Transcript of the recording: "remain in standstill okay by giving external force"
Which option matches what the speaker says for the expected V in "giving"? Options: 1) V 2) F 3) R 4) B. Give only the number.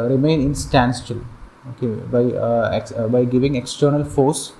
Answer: 1